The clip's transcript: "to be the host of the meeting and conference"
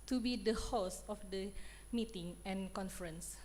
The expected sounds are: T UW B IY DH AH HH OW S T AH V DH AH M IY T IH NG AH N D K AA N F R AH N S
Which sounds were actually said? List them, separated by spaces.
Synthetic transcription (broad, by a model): T UW B IY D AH HH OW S AH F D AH M IY T IH NG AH N K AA N F R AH N S